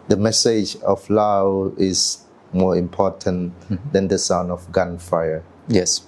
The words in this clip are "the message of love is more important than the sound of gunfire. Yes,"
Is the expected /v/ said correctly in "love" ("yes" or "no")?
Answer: no